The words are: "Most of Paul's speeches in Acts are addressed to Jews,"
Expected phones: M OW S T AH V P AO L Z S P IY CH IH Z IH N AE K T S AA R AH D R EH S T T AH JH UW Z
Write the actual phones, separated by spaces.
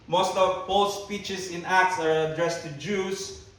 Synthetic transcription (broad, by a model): M OW S T AH V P AO L S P IY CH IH S IH N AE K T S AA R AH D R EH S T T AH JH UW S